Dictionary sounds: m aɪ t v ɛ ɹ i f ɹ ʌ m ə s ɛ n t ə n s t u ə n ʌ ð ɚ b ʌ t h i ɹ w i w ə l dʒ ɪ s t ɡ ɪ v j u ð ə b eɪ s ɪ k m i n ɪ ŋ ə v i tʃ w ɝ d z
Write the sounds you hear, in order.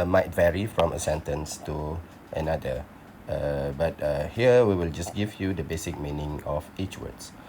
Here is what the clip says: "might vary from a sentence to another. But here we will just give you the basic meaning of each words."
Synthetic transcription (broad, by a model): m aɪ t v ɛ ɹ i f ɹ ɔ m ə s ɛ n t ə n s t u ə n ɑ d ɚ b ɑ t h i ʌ w i w ə l dʒ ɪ s ɡ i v j u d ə b eɪ s ɪ k m i n ɪ ŋ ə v i tʃ w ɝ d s